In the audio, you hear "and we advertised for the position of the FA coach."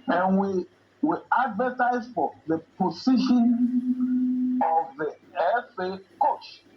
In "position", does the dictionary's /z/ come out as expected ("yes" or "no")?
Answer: no